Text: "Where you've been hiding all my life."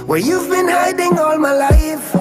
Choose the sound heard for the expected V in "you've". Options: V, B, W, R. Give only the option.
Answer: V